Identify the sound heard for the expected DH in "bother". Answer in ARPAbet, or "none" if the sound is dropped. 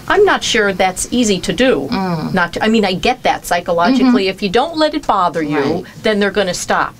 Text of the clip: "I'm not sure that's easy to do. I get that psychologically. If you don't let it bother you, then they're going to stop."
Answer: DH